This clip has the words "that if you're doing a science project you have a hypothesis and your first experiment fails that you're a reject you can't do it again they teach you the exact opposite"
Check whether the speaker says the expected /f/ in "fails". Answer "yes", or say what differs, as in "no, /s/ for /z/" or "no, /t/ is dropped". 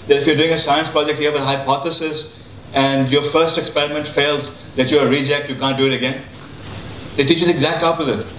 yes